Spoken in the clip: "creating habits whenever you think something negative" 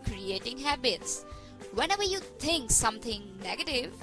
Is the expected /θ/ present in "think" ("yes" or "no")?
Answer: no